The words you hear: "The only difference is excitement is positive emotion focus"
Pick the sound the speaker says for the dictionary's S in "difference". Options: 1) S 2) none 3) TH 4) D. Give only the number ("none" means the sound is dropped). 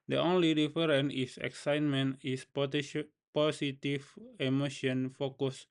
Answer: 2